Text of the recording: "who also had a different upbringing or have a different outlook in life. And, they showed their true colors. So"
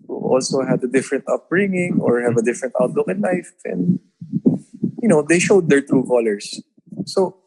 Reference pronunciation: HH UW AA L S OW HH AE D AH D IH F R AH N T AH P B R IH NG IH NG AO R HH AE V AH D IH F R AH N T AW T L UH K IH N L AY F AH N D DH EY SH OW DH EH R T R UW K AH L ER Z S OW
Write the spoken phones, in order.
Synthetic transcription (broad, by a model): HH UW AA L S OW HH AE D AH D IH F R AH N T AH P R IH NG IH NG AO R HH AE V AH D IH F R AH N T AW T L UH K IH N L AY F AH N D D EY SH OW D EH R T R UW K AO L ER S OW